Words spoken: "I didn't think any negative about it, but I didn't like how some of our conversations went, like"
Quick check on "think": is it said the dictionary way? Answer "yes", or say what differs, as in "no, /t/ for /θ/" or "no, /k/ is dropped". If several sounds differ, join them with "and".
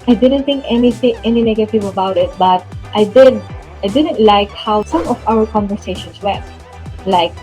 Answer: no, /t/ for /θ/